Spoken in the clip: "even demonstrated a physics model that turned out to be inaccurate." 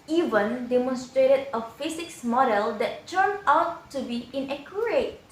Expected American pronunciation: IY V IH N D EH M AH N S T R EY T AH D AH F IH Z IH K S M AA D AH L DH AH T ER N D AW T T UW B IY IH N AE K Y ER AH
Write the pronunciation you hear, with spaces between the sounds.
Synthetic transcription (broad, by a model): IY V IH N D EH M AH N S T R EY T AH D AH F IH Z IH K S M AA D AH L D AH T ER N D AW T T UW B IY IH N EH K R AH